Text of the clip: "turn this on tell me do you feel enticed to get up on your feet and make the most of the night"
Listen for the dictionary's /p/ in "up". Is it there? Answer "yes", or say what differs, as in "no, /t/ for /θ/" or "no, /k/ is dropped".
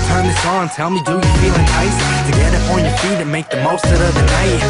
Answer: no, /f/ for /p/